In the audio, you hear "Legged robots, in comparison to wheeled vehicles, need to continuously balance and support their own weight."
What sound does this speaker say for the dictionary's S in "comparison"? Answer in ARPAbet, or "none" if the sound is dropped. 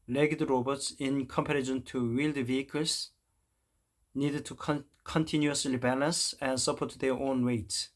SH